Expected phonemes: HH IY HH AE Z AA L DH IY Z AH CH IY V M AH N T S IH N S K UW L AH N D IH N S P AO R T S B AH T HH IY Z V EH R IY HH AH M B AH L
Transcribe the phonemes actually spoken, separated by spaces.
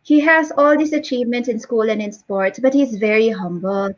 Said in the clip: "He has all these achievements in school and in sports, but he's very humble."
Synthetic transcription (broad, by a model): HH IY HH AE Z AA L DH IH S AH CH IY V M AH N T IH N S K UW L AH N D IH N S P AO R T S B AH T HH IY Z V EH R IY HH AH M B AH L